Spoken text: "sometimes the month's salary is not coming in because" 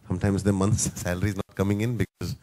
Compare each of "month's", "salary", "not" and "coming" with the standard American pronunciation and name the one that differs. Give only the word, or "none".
month's